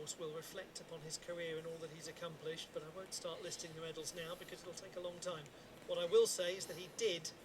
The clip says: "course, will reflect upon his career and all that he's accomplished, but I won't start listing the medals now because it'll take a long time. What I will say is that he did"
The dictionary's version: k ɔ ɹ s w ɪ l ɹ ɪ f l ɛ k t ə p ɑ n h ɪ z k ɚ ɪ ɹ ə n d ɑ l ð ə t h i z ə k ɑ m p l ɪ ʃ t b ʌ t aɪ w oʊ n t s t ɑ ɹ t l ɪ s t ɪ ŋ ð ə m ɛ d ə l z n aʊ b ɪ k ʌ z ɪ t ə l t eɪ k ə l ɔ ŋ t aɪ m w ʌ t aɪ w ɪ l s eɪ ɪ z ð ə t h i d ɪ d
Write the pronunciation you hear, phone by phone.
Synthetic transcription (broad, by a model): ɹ s w ɪ l ɹ ɪ f l ɛ k t ə p ɑ n ɪ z k ɚ ɪ ɹ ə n ɑ l ð ə t h i z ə k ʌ m p l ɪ ʃ t b ʌ t aɪ w oʊ n t s t ɑ ɹ t l ɪ s t ɪ ŋ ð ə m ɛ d l z n aʊ b ɪ k ʌ z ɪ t l t eɪ k ə l ɔ ŋ t aɪ m w ʌ t aɪ w ɪ l s eɪ ɪ z ð ə t h i d ɪ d